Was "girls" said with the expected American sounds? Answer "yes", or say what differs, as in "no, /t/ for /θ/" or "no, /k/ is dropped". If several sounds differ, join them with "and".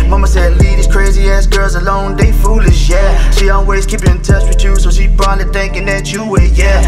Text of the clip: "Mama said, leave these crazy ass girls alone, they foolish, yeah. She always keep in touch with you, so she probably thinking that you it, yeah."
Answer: yes